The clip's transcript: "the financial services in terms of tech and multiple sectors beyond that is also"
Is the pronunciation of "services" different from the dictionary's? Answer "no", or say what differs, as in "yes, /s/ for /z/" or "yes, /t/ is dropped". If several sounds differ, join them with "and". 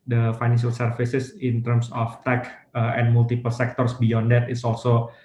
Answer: yes, /f/ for /v/ and /s/ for /z/